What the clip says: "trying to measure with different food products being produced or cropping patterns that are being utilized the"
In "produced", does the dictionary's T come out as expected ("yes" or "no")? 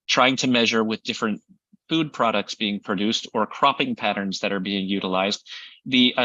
yes